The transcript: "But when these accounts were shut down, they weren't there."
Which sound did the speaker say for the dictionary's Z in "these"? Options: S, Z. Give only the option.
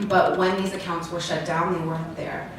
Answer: Z